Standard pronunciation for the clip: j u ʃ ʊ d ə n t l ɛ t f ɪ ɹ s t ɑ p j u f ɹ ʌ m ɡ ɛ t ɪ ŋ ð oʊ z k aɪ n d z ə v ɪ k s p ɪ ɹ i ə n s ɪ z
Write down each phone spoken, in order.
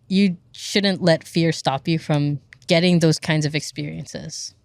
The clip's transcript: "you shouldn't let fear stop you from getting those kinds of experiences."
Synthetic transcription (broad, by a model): j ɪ ʃ ʊ d n t l ɛ t f ɪ ɹ s t ɑ p j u f ɹ ʌ m ɡ ɛ t ɪ ŋ ð oʊ z k aɪ n d z ə v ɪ k s p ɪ ɹ i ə n s ɪ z